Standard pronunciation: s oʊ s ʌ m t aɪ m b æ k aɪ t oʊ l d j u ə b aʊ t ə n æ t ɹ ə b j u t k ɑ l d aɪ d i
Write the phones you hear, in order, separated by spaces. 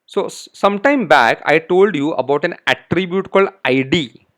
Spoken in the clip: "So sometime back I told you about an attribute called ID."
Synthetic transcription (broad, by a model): s oʊ s ʌ m t aɪ m b æ k aɪ t oʊ l d j u ə b aʊ t ə n æ t ɹ ə b j u t k ɑ l d aɪ d i